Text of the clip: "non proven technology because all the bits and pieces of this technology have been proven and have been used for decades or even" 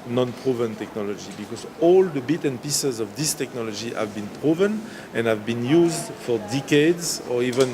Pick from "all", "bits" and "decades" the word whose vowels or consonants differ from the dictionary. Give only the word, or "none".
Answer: bits